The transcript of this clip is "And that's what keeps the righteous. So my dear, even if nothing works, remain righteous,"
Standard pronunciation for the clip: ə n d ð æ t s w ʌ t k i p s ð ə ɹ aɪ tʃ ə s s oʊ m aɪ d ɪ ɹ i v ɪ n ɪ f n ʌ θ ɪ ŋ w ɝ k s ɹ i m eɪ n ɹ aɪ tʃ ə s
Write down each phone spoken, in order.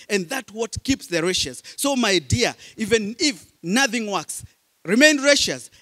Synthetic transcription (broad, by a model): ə n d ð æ t w ʌ t k i p s ð ə ɹ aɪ ʃ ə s s oʊ m aɪ d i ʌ i v ɪ n ɪ f n ʌ θ ɪ ŋ w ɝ k s ɹ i m eɪ n ɹ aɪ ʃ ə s